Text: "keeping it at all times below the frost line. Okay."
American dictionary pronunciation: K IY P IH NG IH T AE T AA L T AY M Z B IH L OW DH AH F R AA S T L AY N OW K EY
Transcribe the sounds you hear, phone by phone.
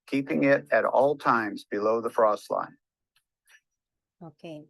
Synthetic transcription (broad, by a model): K IY P IH NG IH T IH T AA L T AY M Z B IH L OW DH AH F R AA S T L AY N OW K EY